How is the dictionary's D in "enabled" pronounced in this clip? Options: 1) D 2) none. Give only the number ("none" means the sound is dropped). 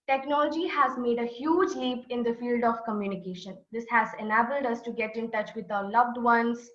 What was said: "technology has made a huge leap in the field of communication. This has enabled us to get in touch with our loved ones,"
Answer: 1